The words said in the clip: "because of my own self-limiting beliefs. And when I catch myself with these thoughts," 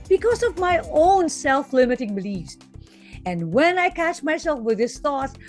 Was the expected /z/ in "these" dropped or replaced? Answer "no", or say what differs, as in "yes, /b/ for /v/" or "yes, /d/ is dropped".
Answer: yes, /s/ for /z/